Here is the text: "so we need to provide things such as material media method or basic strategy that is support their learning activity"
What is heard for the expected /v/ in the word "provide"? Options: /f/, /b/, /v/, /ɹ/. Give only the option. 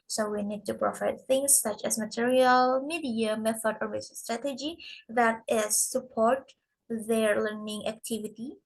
/f/